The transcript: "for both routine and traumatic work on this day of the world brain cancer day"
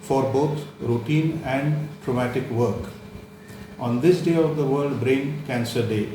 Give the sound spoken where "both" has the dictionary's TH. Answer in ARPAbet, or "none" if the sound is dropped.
T